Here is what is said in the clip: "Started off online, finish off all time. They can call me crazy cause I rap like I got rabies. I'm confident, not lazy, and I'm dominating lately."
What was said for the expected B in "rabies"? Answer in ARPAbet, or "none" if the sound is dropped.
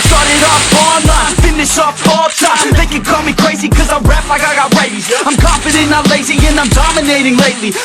none